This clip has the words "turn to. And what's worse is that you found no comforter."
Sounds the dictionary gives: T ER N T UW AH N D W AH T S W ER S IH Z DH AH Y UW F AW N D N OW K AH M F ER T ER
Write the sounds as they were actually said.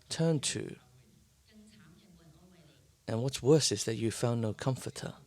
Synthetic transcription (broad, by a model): T ER N T UW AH N W AH T S W ER S IH Z DH AH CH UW F AW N N OW K AH M F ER T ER